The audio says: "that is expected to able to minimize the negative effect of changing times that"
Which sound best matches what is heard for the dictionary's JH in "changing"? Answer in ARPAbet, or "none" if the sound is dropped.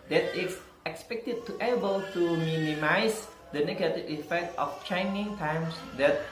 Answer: none